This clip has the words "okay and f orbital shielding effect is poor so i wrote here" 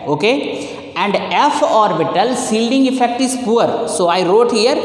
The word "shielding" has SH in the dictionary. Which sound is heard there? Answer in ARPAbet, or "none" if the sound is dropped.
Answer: S